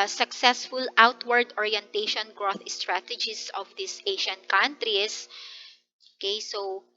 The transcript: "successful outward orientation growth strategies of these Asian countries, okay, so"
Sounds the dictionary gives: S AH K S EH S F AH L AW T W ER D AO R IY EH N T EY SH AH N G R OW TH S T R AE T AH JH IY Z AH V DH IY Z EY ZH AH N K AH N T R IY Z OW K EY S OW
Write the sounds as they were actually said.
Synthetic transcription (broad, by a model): S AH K S EH S F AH L AW T W ER D AO R IY EH N T EY SH AH N G R OW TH S T R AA T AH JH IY S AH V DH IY S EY SH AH N K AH N T R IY S OW K EY S OW